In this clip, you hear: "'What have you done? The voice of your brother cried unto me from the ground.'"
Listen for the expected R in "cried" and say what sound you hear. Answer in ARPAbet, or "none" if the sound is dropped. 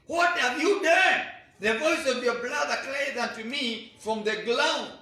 L